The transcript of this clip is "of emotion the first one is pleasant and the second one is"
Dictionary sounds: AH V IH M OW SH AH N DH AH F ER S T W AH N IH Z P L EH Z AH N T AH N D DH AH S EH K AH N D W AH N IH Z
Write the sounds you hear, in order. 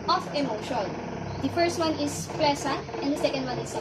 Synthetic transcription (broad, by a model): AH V IH M OW SH AH N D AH F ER S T W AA N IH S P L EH S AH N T AH N D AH S EH K AH N D W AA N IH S